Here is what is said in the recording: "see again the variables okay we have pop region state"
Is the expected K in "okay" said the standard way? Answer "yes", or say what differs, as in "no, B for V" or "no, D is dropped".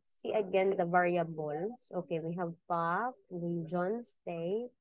yes